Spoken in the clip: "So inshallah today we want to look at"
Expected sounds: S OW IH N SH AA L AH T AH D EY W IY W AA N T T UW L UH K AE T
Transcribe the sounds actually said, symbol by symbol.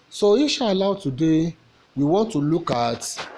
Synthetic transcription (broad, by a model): S OW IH SH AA L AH T AH D EY W IY W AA N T T UW L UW K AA T